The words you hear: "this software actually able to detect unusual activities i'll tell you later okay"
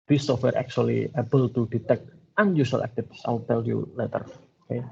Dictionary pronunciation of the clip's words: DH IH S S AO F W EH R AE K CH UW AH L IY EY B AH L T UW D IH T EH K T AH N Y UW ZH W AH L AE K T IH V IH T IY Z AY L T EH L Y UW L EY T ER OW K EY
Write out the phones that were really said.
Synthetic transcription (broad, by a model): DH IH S S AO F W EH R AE K CH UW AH L IY EY B AH L T UW D IH T EH K T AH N Y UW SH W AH L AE K T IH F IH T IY S AY L T EH L Y UW L EY T ER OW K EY